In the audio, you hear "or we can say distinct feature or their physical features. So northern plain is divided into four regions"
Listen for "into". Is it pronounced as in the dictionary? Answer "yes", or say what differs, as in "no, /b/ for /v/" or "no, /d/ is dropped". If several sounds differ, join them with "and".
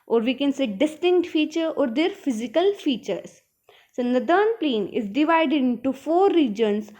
yes